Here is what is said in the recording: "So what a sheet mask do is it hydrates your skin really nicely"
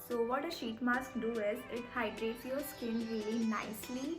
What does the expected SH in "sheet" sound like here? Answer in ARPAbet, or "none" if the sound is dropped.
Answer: SH